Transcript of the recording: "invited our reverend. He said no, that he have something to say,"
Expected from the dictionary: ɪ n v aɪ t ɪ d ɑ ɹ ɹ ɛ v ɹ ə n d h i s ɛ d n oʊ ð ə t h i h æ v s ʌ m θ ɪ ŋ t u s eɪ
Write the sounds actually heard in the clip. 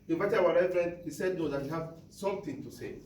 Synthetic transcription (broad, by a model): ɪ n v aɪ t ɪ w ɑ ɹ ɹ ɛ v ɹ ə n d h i s ɛ d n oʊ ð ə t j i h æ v s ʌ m t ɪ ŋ t u s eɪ